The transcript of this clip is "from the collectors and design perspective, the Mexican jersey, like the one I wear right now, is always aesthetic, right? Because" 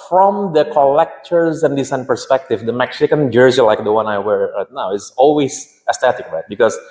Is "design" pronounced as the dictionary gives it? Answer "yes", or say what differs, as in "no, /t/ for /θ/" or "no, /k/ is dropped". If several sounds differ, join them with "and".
no, /s/ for /z/